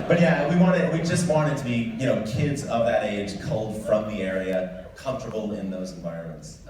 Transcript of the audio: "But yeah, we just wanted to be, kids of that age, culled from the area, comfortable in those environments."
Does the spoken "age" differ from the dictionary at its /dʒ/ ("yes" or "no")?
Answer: yes